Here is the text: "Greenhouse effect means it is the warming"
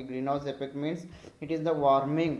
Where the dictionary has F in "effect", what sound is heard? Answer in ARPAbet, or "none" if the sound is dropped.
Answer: P